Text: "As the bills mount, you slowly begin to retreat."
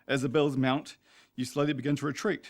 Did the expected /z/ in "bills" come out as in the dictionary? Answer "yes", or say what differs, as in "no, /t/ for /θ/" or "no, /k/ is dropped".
yes